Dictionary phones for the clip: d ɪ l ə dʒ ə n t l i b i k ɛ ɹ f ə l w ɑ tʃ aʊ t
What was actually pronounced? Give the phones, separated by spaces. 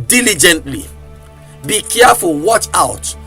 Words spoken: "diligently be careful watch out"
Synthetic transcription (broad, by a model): d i l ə dʒ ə n t l i b i k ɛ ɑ f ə w ɑ tʃ aʊ t